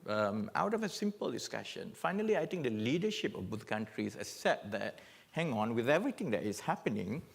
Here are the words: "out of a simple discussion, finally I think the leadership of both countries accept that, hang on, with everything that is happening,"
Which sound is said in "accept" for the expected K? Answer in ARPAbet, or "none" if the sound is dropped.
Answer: none